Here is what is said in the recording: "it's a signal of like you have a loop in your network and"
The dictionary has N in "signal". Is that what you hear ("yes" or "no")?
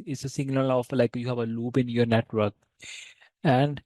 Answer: no